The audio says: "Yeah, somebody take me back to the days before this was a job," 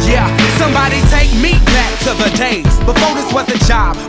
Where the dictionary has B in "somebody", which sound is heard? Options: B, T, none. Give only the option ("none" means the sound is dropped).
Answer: B